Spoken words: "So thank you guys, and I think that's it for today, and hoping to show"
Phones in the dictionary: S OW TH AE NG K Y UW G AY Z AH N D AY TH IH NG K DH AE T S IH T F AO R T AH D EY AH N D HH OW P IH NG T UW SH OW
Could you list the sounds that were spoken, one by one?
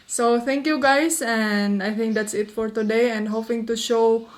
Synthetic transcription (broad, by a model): S OW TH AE NG K Y UW G AY S AH N D AY TH IH NG K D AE T S IH T F AO R T AH D EY AH N D HH OW P IH NG T UW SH OW